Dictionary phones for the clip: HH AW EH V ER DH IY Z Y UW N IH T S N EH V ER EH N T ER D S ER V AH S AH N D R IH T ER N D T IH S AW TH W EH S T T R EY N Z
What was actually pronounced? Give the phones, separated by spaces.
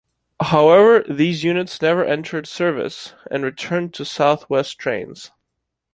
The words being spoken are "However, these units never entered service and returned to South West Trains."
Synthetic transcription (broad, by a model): HH AW EH V ER DH IY Z Y UW N IH T S N EH V ER EH N T ER D S ER V AH S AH N R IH T ER N T IH S AW TH W EH S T T R EY N Z